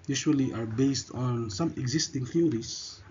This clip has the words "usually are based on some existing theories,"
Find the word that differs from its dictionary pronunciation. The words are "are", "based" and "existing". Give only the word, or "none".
none